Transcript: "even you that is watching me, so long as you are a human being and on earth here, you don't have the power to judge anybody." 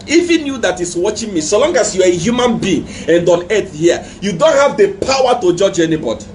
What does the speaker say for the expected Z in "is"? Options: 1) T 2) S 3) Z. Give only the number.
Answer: 2